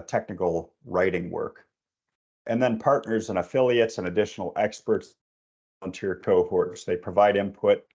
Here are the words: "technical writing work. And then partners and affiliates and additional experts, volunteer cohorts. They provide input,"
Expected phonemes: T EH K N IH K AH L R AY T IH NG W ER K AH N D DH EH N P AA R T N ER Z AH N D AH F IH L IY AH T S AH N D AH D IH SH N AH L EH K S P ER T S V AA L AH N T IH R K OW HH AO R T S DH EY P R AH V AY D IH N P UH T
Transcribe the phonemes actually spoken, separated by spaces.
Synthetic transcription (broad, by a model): T EH K N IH K L R AY T IH NG W ER K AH N DH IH N P AA R T N ER Z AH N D AH F IH L IY AH T S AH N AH D IH SH N L EH K S P ER T S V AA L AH N T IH R K OW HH AO R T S DH EY P R AH V AY D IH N P UH T